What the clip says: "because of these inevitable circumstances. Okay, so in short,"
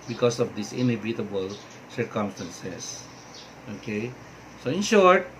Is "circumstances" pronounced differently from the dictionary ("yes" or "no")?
yes